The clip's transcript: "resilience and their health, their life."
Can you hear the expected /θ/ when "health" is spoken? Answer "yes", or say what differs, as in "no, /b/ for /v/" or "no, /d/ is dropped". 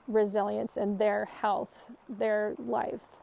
yes